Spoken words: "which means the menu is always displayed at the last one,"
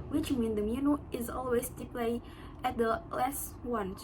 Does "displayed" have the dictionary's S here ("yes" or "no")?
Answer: no